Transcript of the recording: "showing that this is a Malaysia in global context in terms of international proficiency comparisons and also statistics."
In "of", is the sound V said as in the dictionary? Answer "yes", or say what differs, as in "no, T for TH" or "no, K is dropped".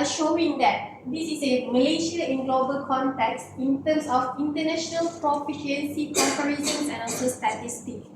no, F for V